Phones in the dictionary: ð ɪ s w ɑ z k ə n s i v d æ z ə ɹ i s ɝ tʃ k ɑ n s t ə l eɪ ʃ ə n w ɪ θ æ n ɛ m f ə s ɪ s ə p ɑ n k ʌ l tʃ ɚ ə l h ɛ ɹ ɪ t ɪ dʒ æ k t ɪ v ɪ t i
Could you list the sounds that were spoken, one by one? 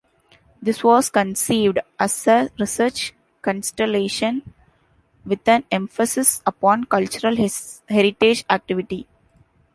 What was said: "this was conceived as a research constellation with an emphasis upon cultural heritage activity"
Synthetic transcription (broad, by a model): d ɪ s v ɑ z k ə n s i v d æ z ə ɹ i s ɝ tʃ k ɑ n s t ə l eɪ ʃ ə n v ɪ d æ n ɛ m f ə s ɪ s ə p ɑ n k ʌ l tʃ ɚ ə l h ɛ ɹ ɪ t ɪ dʒ æ k t ɪ v ɪ t i